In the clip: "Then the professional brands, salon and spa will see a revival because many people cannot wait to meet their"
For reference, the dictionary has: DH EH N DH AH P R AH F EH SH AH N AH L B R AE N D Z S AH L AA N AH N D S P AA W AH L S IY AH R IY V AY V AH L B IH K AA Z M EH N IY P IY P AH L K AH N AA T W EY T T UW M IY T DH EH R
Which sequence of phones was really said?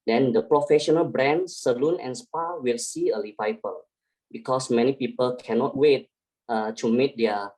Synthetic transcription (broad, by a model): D EH N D AH P R AH F EH SH AH N AH L B R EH N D S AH L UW N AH N S P AA W AH L S IY AH L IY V AY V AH L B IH K AA S M EH N IY P IY P AH L K AH N AA T W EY T T UW M IY T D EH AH